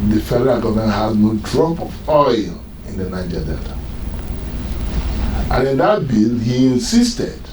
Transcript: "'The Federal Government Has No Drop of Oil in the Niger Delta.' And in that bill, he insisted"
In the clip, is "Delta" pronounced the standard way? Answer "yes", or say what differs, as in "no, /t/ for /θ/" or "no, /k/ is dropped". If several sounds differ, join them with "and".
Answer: no, /l/ is dropped